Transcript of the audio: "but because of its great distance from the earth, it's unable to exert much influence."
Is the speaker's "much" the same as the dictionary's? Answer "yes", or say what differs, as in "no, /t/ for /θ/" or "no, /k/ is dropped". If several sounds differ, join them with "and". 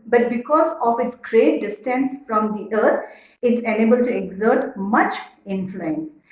yes